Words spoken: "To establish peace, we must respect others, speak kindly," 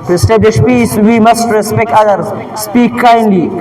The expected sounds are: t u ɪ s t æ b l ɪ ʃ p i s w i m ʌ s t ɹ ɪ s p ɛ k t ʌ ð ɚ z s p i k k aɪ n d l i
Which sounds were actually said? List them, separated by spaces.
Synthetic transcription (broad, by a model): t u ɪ s t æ b l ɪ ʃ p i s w i m ʌ s t ɹ ɪ s p ɛ k t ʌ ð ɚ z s p i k k aɪ n d l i